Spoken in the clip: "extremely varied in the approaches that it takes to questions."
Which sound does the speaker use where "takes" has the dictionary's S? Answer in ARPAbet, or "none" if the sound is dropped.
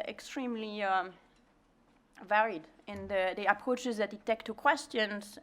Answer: none